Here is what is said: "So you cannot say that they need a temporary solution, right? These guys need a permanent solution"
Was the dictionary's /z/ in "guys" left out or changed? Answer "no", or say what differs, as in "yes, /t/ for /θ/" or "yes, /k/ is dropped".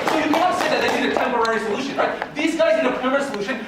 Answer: no